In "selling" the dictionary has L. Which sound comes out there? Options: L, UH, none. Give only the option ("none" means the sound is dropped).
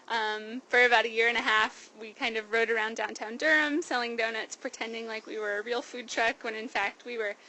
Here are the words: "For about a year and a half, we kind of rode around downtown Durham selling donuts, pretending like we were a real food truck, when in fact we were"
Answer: L